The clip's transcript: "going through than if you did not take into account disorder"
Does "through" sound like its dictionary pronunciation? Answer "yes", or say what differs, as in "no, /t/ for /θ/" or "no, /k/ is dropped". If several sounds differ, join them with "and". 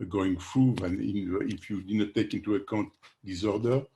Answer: no, /f/ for /θ/